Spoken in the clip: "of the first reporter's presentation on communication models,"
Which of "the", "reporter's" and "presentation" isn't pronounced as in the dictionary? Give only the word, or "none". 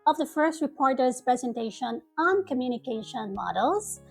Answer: none